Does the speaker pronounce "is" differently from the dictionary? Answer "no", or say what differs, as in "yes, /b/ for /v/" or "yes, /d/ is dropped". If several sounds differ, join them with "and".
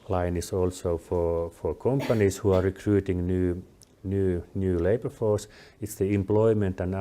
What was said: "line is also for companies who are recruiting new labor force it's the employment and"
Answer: yes, /s/ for /z/